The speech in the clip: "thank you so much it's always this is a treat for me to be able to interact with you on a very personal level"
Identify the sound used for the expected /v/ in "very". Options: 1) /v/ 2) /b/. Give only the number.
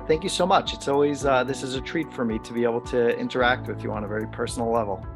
1